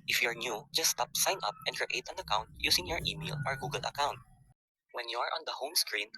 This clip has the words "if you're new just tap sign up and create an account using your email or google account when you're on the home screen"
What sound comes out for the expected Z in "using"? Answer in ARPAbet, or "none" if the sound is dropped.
S